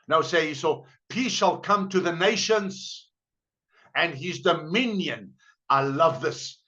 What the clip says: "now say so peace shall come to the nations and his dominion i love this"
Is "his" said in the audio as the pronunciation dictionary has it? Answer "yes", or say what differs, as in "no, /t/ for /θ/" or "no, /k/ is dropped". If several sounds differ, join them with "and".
yes